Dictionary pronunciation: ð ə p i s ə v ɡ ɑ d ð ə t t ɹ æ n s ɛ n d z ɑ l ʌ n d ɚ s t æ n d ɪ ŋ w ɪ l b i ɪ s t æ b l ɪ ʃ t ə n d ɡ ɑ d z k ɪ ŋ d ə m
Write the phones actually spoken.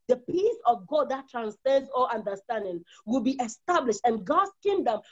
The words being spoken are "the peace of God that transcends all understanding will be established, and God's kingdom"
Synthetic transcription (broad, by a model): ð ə p i s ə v ɡ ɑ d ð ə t t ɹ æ n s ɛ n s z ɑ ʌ n d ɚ s t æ n d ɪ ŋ w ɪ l b i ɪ s t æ b l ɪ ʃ t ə n ɡ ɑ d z k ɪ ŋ d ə m